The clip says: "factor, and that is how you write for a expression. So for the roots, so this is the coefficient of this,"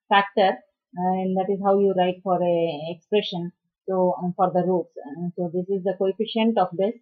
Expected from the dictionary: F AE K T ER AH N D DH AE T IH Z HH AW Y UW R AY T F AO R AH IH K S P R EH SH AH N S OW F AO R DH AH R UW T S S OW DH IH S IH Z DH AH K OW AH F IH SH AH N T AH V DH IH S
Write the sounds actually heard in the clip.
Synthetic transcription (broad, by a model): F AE K T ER AH N D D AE T IH Z HH AW Y UW R AY T F AO R AH IH K S P R EH SH AH N S OW F AO R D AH R UW T S S OW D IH S IH Z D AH K OW AH F IH SH AH N T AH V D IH S